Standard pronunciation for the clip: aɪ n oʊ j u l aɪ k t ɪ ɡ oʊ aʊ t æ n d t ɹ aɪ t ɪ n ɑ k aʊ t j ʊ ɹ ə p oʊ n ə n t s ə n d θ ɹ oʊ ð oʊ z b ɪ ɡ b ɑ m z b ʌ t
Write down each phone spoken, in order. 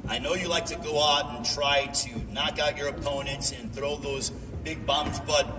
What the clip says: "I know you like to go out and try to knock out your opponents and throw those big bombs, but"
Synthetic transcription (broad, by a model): aɪ n oʊ j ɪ l aɪ k t ɪ ɡ oʊ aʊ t n t ɹ aɪ t ɪ n ɑ k aʊ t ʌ ɹ ə p oʊ n ə n t s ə n θ ɹ oʊ ð oʊ z b ɪ ɡ b ɑ m z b ʌ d